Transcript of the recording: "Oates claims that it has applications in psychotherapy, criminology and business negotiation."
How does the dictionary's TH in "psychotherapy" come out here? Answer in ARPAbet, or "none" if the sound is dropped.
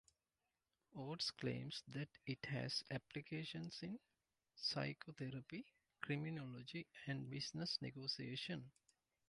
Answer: T